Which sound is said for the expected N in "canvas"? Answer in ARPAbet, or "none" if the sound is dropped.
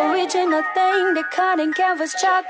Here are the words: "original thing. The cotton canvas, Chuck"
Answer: none